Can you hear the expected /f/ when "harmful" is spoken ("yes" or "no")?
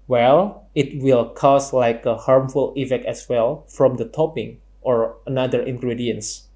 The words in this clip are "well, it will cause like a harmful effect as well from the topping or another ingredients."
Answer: yes